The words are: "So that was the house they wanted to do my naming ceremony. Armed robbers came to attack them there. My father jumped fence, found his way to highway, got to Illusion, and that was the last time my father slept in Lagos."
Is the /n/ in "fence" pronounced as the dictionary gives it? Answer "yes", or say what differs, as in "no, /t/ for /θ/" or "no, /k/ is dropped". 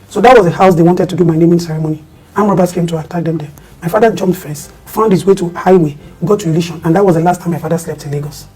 no, /n/ is dropped